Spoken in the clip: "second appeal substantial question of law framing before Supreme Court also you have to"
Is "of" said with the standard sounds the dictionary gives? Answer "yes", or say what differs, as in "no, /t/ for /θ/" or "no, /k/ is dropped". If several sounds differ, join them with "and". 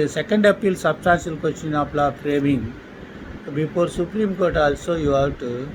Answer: no, /p/ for /v/